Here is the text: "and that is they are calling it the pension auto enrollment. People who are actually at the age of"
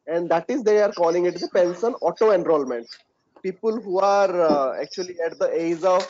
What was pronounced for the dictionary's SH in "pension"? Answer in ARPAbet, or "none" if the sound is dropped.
S